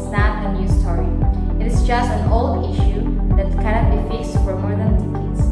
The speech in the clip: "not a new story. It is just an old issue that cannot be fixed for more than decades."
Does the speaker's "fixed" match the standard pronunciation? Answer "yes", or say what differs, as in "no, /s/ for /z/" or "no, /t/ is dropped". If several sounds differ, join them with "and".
yes